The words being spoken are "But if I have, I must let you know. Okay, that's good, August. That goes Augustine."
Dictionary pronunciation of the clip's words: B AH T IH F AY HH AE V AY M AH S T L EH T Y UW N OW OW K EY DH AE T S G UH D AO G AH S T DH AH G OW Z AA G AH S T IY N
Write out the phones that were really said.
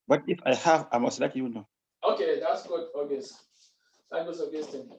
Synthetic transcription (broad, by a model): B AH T IH F AY HH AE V AY M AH S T L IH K Y UW N OW OW K EY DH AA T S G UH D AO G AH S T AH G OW S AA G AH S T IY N